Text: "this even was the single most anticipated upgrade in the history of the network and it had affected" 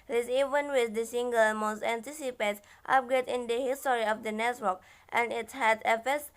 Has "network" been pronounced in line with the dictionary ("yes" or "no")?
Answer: no